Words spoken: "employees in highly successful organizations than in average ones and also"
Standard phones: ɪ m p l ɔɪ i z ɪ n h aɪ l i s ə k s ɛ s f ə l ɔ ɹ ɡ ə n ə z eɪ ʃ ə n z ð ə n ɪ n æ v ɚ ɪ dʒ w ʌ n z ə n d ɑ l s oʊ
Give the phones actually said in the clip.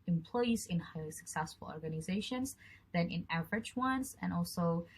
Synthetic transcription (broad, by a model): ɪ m p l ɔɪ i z ɪ n h aɪ l i s ə k s ɛ s f ə l ɔ ɹ ɡ ə n ə z eɪ ʃ ə n z ð ə n ɪ n æ v ɚ ɪ dʒ w ʌ n z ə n ɑ l s oʊ